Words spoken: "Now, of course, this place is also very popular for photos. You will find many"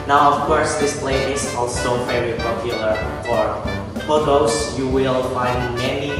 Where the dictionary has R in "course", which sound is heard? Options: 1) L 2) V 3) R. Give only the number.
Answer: 3